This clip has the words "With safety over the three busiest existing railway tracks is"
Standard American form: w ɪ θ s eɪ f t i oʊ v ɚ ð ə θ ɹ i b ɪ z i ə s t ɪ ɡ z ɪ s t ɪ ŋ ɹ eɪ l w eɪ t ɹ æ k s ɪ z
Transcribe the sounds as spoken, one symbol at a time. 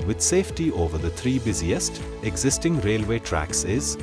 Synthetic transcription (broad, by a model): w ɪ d s eɪ f t i oʊ v ɚ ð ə t ɹ i b ɪ z i ə s t ɪ ɡ z ɪ s t ɪ ŋ ɹ eɪ l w eɪ t ɹ æ k s ɪ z